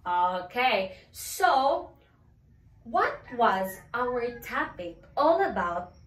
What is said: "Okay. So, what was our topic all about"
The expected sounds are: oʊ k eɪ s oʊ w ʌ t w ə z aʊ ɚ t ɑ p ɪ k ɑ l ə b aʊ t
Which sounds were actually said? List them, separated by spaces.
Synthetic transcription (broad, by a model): oʊ k eɪ s oʊ w ʌ t w ə z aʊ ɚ t ɑ p ɪ k ɑ l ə b aʊ t